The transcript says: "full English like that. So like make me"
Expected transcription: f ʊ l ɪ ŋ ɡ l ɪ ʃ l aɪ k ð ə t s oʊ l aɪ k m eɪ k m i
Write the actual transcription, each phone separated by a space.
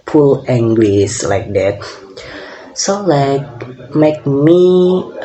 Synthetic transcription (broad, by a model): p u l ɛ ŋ ɡ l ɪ s l aɪ k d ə t s oʊ l aɪ k m eɪ k m i